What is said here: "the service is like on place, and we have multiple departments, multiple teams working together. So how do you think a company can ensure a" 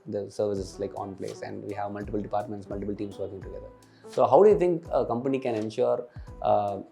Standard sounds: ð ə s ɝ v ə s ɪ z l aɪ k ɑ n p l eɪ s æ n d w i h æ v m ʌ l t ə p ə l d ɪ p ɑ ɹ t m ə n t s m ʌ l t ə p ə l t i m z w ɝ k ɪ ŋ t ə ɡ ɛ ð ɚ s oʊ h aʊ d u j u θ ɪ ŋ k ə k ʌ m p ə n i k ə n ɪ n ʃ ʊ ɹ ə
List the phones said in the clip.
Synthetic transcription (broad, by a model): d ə s ɝ v ə s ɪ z l aɪ k ɑ n p l eɪ s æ n d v i h æ v m ʌ l t ə p ə l d ɪ p ɑ ɹ t m ə n t s m ʌ l t ə p ə l t i m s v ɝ k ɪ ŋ t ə ɡ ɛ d ɚ s oʊ h aʊ d u j u t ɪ ŋ k ə k ʌ m p ə n i k ə n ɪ n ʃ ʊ ɹ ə